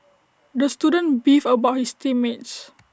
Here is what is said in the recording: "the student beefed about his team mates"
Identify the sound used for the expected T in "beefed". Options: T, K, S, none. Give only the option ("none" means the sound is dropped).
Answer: none